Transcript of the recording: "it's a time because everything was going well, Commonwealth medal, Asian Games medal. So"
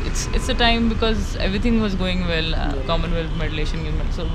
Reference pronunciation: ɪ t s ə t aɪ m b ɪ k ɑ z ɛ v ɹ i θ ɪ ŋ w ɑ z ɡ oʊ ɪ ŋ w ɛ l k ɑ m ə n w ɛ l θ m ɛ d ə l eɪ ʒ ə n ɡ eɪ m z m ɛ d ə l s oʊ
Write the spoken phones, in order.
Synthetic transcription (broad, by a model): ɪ t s ə t aɪ m b ɪ k ɑ z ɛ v ɹ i t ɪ ŋ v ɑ z ɡ oʊ ɪ ŋ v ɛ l k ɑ m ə n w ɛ l f m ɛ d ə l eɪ ʃ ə n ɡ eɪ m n s oʊ